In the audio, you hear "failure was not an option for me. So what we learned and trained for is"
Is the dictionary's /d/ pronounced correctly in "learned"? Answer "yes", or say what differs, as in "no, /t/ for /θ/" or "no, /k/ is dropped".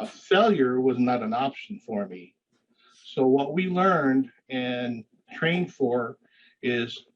yes